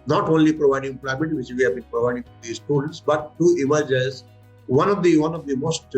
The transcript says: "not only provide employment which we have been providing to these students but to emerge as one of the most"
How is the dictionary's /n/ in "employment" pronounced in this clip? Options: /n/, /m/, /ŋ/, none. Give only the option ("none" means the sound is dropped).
none